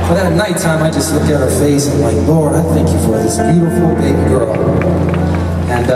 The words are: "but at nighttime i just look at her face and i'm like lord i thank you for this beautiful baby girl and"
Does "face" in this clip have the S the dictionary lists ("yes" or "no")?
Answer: no